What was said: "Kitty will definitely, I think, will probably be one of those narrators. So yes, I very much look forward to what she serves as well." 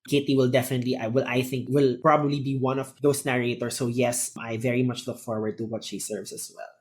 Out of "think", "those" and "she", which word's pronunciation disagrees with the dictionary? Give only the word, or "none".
those